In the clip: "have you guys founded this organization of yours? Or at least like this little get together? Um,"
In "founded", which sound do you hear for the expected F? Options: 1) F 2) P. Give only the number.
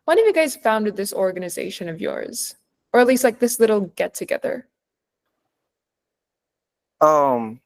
1